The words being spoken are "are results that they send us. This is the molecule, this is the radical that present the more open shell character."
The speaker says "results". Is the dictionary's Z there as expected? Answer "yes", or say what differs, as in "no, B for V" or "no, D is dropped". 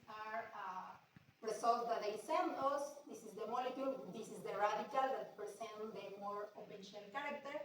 no, S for Z